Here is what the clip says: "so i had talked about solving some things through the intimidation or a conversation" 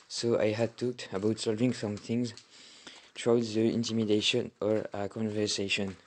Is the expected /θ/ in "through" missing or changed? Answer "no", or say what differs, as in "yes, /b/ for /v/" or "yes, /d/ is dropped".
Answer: yes, /t/ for /θ/